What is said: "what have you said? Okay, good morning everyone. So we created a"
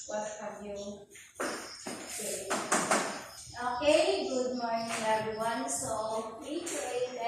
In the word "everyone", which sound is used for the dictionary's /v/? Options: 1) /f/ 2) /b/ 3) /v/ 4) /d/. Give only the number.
2